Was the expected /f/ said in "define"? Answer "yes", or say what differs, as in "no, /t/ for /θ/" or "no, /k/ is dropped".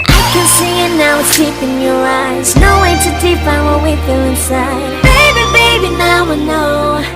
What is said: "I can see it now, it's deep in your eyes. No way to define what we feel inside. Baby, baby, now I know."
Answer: no, /p/ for /f/